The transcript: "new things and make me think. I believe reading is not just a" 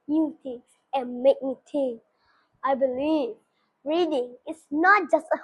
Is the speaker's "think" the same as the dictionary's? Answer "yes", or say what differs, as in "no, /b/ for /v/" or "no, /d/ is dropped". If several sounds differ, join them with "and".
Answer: no, /t/ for /θ/ and /k/ is dropped